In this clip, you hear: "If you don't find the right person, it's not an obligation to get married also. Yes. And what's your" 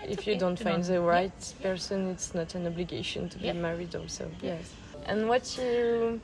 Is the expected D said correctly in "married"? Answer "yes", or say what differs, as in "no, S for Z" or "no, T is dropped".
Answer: yes